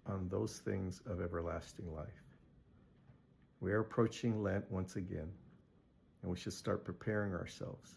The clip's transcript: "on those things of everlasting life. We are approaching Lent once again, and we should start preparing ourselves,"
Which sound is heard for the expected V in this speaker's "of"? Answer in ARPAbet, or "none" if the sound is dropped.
V